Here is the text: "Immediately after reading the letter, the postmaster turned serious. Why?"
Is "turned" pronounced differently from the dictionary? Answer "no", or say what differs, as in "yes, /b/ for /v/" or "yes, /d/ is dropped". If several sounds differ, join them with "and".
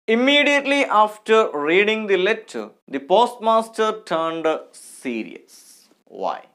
no